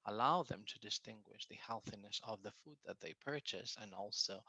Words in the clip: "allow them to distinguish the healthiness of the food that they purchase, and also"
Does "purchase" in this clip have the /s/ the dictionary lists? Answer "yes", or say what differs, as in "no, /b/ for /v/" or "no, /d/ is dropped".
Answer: yes